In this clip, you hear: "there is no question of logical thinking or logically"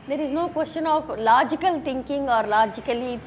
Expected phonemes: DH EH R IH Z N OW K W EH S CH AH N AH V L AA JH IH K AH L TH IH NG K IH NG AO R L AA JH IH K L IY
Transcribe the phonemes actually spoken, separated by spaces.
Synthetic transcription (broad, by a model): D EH R IH Z N OW K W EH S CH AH N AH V L AA JH IH K AH L T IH NG K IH NG AO R L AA JH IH K L IY